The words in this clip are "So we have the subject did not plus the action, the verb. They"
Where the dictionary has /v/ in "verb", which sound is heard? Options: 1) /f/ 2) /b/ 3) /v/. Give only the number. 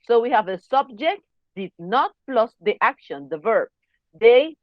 3